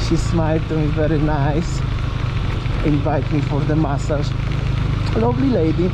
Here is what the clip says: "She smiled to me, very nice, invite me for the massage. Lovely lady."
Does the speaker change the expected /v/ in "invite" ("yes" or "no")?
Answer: no